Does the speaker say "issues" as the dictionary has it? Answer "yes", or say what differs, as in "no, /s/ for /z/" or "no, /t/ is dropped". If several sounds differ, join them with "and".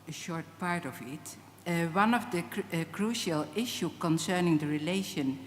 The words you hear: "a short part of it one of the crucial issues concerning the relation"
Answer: no, /z/ is dropped